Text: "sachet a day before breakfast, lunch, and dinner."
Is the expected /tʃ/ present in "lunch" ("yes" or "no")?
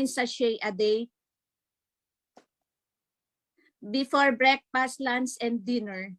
no